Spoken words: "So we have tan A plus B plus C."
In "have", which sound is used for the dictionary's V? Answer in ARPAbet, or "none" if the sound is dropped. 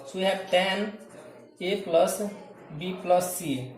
P